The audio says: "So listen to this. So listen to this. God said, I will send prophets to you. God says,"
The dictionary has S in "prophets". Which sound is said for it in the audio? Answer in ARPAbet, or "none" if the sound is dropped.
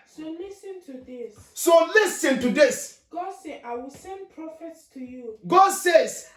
S